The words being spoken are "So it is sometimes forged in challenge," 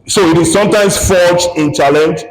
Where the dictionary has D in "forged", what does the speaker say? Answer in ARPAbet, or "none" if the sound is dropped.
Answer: none